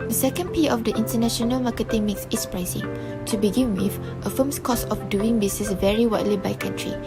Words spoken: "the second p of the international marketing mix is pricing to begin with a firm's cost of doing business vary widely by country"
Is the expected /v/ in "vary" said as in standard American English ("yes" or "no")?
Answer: yes